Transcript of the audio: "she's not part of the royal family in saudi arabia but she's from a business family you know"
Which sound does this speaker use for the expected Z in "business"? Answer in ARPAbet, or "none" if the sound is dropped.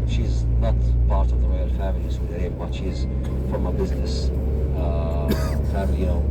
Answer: Z